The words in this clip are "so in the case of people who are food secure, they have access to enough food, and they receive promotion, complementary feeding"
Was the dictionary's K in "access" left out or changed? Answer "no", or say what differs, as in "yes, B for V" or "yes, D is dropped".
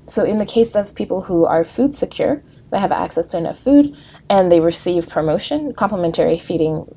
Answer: no